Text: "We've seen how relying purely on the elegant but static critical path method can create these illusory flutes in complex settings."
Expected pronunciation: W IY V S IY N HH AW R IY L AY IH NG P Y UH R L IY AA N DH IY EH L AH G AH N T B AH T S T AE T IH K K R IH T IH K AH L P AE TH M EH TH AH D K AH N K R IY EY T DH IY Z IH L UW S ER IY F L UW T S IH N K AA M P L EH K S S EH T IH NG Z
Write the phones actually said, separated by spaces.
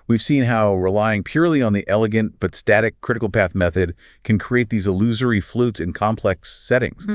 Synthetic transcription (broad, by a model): W IY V S IY N HH AW R IY L AY IH NG P Y UH R L IY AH N DH IY EH L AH G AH N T B AH T S T AE T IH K K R IH T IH K L P AE TH M EH TH AH D K AH N K R IY EY T DH IY Z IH L UW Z ER IY F L UW T S IH N K AA M P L EH K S S EH T IH NG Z